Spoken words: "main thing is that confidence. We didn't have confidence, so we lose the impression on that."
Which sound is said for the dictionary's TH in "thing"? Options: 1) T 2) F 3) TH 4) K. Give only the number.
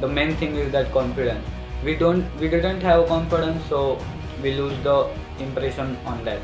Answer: 1